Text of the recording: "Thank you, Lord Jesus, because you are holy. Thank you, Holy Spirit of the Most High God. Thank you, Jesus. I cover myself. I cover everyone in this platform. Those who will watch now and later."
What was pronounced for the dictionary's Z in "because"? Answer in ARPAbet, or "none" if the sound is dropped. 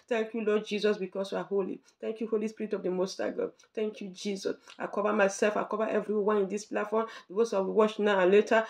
S